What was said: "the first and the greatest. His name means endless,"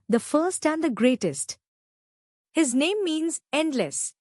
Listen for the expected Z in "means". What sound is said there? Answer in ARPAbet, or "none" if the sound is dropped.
Z